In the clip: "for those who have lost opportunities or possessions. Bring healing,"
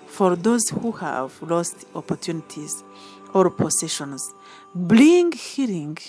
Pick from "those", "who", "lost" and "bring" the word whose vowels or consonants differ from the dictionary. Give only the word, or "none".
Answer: bring